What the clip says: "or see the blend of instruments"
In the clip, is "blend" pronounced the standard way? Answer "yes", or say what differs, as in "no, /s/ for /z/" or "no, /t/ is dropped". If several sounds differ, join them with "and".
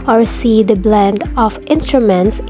yes